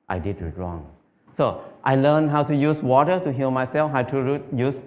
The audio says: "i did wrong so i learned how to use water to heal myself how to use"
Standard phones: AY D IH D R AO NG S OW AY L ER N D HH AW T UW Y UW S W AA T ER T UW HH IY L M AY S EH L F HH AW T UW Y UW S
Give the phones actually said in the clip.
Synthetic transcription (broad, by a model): AY D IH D R AO NG S OW AY L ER N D HH AW T UW Y UW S W AA T ER T UW HH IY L M AY S EH L F HH AW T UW Y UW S